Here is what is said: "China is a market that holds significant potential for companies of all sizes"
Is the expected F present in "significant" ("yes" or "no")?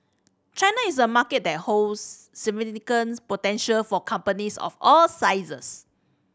no